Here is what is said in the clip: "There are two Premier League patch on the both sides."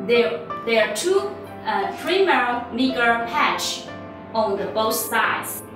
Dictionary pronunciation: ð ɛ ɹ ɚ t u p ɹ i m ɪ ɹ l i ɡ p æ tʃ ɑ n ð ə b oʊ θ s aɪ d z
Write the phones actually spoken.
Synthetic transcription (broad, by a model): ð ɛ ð ɚ t u f ɹ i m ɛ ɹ n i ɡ p æ tʃ ɑ n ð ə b oʊ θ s aɪ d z